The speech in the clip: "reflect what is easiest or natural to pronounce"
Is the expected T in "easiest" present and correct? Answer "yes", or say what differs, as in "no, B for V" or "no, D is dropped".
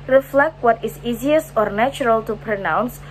no, T is dropped